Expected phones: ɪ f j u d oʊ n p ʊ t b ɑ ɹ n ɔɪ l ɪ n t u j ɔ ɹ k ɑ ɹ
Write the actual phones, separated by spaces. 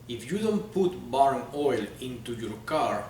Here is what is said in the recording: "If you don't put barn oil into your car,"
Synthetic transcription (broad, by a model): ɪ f j u d oʊ n p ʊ t b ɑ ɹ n ɔɪ l ɪ n t u j ɔ ɹ k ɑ ɹ